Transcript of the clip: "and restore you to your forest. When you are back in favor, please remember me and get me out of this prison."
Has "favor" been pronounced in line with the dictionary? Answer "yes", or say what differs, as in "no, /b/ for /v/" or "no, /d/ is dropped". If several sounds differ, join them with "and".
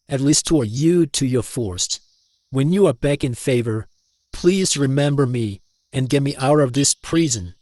yes